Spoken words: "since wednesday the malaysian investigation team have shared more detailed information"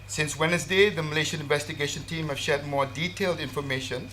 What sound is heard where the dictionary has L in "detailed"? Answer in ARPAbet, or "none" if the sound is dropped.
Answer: L